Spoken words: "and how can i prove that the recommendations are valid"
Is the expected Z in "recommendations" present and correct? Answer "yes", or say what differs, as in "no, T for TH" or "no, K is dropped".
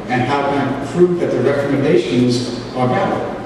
yes